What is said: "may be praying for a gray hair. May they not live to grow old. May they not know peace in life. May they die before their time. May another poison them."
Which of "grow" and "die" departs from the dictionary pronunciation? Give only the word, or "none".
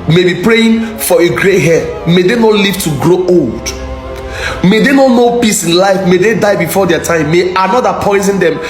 none